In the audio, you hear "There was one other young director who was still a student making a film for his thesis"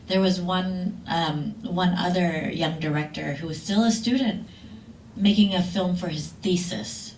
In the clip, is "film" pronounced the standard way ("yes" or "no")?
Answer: yes